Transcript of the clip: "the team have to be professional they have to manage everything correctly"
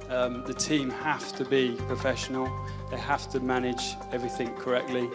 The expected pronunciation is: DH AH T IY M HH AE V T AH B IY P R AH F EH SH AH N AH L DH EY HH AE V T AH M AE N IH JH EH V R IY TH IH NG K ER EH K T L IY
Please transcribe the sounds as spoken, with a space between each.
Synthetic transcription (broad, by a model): DH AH T IY M HH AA F T AH B IY P R AH F EH SH AH N AH L DH EY HH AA F T AH M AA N IH JH EH V R IY TH IH NG K ER EH K T L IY